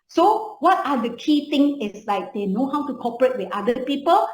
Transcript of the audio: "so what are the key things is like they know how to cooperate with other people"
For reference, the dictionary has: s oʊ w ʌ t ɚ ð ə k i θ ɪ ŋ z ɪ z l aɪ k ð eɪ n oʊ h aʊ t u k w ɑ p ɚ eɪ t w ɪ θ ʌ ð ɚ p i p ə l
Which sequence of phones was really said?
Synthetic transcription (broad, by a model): s oʊ w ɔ t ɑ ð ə k i t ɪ ŋ ɪ s l aɪ k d eɪ n oʊ h aʊ t u k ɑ p ɚ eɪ t w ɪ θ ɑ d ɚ p i p ə l